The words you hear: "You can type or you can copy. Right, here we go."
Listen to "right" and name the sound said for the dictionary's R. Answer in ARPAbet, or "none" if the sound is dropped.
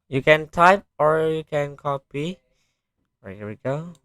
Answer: W